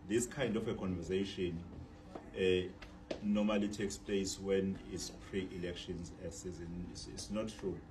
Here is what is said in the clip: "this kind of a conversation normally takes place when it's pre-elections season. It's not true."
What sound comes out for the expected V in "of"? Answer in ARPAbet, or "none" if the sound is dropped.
F